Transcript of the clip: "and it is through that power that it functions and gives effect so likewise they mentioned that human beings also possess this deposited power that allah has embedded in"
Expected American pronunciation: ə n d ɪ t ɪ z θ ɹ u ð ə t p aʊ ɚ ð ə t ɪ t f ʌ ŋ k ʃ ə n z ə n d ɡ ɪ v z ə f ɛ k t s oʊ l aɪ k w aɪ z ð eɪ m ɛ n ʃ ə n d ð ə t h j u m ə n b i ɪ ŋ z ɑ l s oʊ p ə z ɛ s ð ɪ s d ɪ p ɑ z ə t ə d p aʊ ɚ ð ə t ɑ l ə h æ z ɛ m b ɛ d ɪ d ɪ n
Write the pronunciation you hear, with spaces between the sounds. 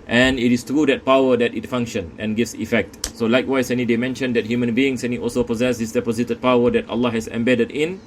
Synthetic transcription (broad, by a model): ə n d ɪ t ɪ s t ɹ u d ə t p aʊ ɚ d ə t ɪ t f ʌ ŋ k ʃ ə n ə n ɡ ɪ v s ə f ɛ k t s oʊ l aɪ k w aɪ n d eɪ m ɛ n ʃ ə n d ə t h j u m ə n b i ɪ ŋ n ɑ l s oʊ p ə z ɛ s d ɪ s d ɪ p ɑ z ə t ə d p aʊ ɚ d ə t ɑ l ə h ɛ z ɛ m b ɛ d ɪ d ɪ n